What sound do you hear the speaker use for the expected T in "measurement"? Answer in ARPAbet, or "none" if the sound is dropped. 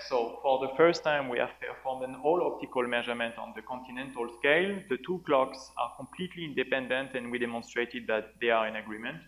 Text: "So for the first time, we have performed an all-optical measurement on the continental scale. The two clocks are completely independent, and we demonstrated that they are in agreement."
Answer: T